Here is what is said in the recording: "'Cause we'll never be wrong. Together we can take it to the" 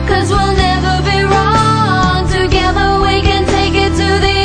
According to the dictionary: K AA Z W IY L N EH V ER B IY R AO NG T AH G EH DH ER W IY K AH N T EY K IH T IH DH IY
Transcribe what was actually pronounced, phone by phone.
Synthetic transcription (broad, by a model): K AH Z W IY L N EH V ER B IY R AO NG T AH G EH DH ER W IY K AH N T EY K IH T IH DH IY